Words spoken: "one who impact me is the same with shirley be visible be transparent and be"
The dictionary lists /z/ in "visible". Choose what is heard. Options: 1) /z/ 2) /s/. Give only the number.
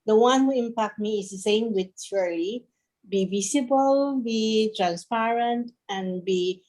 2